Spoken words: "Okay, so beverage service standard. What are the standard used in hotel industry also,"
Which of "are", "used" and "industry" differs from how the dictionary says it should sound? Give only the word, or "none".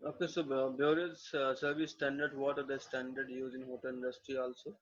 used